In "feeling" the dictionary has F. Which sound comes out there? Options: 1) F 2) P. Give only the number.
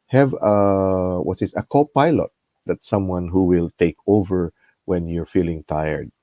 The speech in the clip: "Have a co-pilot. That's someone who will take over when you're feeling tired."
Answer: 1